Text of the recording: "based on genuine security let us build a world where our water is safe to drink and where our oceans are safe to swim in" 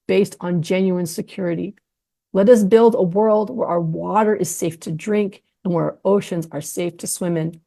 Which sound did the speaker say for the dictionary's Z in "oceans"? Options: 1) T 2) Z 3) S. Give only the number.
2